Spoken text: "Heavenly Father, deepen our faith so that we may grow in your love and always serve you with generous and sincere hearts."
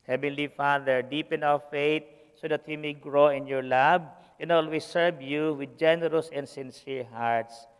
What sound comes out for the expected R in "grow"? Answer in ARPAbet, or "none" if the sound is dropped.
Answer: R